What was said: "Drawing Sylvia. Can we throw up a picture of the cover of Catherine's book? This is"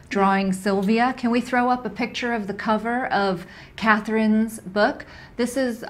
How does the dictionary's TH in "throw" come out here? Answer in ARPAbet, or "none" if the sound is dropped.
TH